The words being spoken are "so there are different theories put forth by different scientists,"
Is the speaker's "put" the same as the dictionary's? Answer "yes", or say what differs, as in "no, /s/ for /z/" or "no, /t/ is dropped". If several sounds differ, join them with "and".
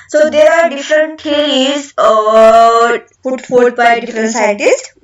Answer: no, /f/ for /p/